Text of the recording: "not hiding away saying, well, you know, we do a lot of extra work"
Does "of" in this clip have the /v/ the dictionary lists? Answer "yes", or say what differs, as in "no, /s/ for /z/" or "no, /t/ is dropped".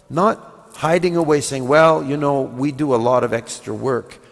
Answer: yes